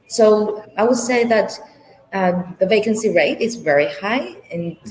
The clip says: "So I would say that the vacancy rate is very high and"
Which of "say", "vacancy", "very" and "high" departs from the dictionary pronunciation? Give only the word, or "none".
none